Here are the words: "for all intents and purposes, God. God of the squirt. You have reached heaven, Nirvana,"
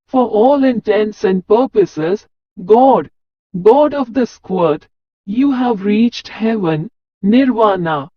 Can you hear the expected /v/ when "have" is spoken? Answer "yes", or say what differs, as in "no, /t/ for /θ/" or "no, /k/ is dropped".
yes